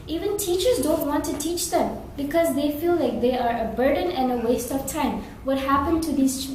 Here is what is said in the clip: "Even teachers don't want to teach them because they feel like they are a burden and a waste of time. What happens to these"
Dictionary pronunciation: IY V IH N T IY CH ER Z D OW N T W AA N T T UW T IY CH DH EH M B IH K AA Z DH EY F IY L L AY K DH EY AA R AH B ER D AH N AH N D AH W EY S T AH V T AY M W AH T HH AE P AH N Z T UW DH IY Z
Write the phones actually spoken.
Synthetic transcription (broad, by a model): IY V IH N T IY CH ER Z D OW N T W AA N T T UW T IY CH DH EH M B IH K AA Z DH EY F IY L L AY K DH EY AA R AH B ER D AH N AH N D AH W EY S T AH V T AY M W AH T HH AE P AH N T UW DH IY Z